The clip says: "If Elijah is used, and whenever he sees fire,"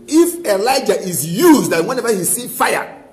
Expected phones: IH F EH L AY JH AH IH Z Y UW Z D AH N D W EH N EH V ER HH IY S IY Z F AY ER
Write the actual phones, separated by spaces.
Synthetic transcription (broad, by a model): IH F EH L AY JH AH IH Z Y UW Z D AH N W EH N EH V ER HH IY S IY F AY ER